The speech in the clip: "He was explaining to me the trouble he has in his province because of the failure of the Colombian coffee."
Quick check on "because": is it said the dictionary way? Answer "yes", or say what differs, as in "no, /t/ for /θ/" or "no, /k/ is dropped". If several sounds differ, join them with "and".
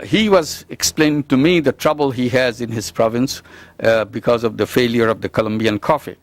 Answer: yes